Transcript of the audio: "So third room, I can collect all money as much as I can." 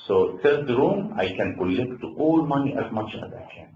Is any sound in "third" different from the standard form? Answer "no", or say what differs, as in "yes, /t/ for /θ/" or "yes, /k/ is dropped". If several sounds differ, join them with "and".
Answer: yes, /s/ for /θ/